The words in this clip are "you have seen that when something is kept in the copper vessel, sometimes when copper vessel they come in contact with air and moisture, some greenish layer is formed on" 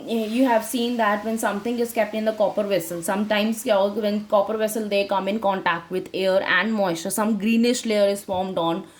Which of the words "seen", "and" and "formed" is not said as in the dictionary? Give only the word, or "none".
none